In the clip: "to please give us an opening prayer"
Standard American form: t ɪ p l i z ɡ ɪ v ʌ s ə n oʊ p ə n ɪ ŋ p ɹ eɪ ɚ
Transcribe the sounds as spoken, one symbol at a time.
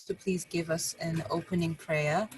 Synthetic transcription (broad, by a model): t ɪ p l i z ɡ ɪ v ʌ s ə n oʊ p ə n ɪ ŋ p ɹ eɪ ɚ